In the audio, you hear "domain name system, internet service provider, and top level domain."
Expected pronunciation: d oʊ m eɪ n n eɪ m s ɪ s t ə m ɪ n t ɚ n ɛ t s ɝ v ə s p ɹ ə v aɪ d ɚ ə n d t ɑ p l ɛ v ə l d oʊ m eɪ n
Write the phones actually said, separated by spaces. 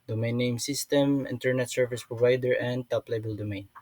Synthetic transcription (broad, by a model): d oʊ m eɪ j n eɪ m s ɪ s t ə m ɪ n t ɚ n ɛ t s ɝ v ə s p ɹ ə v aɪ d ɚ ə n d t ɑ p l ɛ b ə l d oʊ m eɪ n